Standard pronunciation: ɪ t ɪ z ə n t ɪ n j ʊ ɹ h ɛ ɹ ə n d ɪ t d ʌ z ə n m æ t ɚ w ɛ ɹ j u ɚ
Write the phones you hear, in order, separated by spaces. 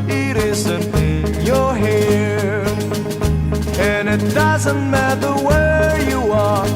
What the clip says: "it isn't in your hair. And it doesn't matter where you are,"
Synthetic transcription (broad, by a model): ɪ t ɪ z ə n t ɪ n j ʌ ɹ h ɛ ɹ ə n ɪ t d ʌ z ə n m æ t ɚ w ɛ ɹ j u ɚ